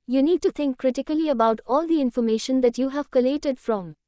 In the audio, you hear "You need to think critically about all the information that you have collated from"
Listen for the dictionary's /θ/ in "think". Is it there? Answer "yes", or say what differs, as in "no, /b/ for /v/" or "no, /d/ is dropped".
no, /t/ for /θ/